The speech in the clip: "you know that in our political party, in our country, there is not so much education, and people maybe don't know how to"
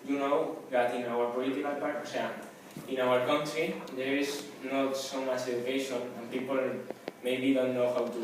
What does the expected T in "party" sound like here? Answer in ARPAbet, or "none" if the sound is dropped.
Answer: S